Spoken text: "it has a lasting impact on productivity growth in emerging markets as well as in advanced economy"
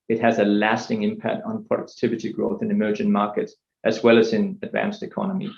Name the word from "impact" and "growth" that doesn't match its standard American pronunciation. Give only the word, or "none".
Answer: none